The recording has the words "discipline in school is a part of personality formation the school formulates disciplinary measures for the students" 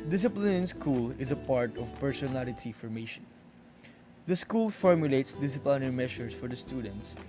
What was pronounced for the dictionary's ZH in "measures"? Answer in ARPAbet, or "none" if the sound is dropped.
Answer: SH